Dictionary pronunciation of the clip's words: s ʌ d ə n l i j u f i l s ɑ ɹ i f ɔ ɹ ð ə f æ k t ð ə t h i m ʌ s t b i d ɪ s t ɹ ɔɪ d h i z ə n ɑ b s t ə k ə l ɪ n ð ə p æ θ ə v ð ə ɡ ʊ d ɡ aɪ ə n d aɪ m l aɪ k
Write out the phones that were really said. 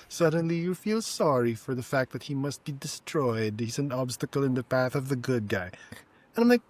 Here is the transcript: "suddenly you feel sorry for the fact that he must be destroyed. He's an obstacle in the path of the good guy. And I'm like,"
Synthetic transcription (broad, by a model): s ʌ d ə n l i j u f i l s ɑ ɹ i f ɔ ɹ ð ə f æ k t ð ə t h i m ʌ s t b i d ɪ s t ɹ ɔɪ d h i z ə n ɑ b s t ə k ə l ɪ n ð ə p æ θ ə v ð ə ɡ ʊ d ɡ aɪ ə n aɪ m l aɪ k